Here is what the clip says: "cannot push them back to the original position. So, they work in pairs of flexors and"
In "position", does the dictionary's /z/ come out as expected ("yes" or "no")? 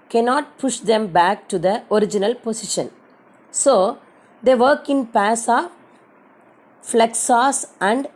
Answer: no